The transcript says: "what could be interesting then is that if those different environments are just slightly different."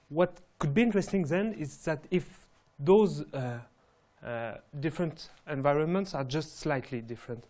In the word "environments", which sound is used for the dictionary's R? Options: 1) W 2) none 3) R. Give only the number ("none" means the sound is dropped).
3